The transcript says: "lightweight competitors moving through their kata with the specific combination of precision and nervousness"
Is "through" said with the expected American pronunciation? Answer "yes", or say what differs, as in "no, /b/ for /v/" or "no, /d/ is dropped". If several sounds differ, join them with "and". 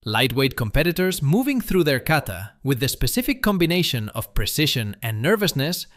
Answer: yes